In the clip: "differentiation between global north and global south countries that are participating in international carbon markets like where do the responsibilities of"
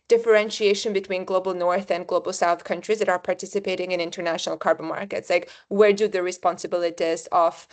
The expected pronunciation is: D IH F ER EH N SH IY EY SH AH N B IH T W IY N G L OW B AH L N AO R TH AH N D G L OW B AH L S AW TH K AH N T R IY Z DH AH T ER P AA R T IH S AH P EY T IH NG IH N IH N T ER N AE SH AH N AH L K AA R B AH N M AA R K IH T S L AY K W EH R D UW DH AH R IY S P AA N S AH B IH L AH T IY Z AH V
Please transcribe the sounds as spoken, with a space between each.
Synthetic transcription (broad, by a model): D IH F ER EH N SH IY EY SH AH N B IH T W IY N G L OW B AH L N AO R TH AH N G L OW B AH L S AW TH K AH N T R IY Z DH AH T ER P AA R T IH S AH P EY T IH NG IH N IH N T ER N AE SH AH N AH L K AA R B AH N M AA R K IH T S L AY K W EH R D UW DH AH R IY S P AA N S AH B IH L AH T IY Z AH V